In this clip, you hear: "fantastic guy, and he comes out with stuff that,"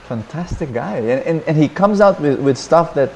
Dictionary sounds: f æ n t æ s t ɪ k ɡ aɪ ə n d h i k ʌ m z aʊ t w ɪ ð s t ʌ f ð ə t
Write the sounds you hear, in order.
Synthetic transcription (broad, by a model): f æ n t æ s t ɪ k ɡ aɪ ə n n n i k ʌ m z aʊ t w ɪ ð s t ʌ f ð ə t